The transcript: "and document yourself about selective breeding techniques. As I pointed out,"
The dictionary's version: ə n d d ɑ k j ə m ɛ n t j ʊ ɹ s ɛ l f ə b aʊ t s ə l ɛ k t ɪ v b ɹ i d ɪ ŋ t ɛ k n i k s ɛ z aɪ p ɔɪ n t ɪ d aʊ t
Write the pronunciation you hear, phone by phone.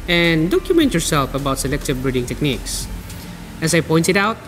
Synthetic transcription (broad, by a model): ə n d d ɑ k j ə m ɛ n t j ʊ ɹ s ɛ l f ə b aʊ t s ə l ɛ k t ɪ v b ɹ i d ɪ ŋ t ɛ k n i k s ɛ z aɪ p ɔɪ n t ɪ d aʊ t